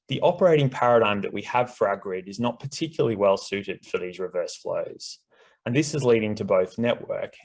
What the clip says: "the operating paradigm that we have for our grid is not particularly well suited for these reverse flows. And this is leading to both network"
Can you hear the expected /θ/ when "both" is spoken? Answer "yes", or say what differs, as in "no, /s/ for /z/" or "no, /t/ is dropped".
yes